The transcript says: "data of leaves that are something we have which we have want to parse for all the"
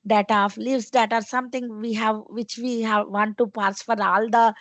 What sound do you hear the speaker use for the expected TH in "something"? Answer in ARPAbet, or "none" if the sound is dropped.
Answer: T